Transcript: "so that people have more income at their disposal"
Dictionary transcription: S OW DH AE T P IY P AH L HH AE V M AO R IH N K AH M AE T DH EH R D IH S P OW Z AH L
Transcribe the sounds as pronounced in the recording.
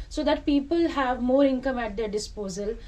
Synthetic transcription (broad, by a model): S OW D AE T P IY P AH L HH AE V M AO R IH N K AH M AE T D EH R D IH S P OW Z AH L